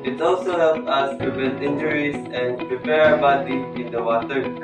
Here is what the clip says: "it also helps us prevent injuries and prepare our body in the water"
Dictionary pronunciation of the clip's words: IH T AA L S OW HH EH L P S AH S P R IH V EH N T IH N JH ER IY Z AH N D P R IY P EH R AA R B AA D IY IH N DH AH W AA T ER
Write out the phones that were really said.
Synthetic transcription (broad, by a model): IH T AA L S OW HH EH L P AH S P R IH V EH N T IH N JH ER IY S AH N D P R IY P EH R R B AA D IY IH N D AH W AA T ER